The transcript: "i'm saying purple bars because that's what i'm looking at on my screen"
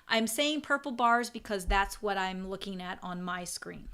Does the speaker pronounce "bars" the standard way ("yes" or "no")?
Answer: yes